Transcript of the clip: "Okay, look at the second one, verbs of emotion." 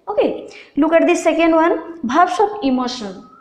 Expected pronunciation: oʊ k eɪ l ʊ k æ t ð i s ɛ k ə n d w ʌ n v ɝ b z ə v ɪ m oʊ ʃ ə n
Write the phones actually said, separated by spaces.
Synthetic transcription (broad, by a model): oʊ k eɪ l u k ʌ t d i s ɛ k ə n d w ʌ n b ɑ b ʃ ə p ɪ m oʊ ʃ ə n